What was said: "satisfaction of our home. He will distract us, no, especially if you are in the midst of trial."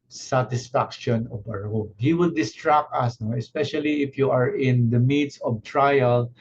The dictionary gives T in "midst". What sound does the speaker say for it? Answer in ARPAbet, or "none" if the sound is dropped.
none